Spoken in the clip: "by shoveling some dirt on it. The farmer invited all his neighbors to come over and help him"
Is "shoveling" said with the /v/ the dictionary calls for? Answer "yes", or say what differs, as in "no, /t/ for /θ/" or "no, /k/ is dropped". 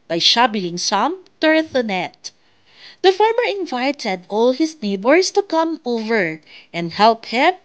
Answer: no, /b/ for /v/